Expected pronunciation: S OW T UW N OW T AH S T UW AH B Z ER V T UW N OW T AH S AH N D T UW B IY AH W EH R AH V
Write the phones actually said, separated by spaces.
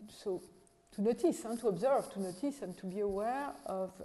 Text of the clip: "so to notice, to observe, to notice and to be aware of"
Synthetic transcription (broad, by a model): S OW T UW N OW T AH S T UW AH B Z ER V T UW N OW T AH S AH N T UW B IY AH W EH R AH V